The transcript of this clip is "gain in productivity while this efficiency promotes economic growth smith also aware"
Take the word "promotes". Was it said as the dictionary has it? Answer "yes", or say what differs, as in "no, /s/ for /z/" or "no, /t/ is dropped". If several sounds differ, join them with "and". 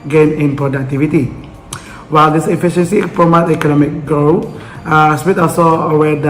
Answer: no, /s/ is dropped